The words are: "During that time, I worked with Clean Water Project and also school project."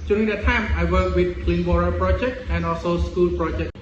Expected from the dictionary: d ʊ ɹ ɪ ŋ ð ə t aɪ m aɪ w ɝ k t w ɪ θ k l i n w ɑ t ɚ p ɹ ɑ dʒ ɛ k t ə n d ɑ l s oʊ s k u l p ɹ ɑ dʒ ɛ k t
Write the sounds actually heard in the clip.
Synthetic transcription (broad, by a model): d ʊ ɹ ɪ ŋ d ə t aɪ m aɪ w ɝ k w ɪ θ k l i n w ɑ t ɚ p ɹ ɑ dʒ ɛ k t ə n ɑ l s oʊ s k u l p ɹ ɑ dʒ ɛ k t